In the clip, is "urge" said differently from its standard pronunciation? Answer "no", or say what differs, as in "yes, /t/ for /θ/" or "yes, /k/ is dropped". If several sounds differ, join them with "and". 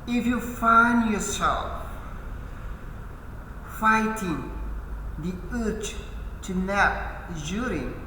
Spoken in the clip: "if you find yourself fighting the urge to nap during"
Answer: yes, /tʃ/ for /dʒ/